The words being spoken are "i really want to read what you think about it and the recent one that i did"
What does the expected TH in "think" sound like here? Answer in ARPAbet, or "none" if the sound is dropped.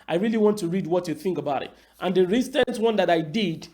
TH